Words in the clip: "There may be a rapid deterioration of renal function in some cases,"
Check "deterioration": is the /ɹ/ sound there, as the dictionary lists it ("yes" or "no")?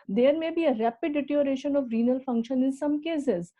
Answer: no